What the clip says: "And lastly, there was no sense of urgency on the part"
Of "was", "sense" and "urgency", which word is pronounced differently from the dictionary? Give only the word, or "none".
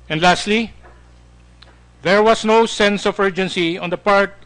was